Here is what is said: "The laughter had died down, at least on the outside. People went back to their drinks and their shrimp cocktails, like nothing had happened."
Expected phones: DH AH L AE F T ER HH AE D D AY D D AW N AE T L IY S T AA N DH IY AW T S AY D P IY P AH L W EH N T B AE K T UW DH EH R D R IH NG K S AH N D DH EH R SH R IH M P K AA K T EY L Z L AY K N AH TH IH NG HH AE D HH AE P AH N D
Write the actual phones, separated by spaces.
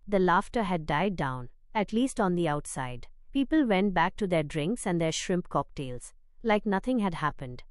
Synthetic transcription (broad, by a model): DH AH L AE F T ER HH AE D D AY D D AW N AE T L IY S T AA N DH IY AW T S AY D P IY P AH L W EH N T B AE K T UW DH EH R D R IH NG K S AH N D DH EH R SH R IH M P K AA K T EY L Z L AY K N AH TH IH NG HH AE D HH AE P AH N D